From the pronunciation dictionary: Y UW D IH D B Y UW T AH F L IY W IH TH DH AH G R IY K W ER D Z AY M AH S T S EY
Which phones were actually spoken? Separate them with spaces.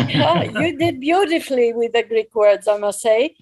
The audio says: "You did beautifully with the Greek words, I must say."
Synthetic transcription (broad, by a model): Y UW D IH D B Y UW T AH F L IY W IH DH AH G R IY K W ER D Z AY M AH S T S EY